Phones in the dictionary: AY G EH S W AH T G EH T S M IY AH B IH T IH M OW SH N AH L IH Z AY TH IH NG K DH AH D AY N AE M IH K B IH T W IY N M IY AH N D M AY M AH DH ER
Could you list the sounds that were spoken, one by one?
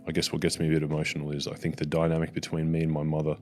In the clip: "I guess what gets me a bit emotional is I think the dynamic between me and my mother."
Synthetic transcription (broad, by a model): AY G EH S W AH T G EH T S M IY AH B IH T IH M OW SH N L IH Z AY TH IH NG K DH AH D AY N AE M IH K B IH T W IY N M IY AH N M AY M AH DH ER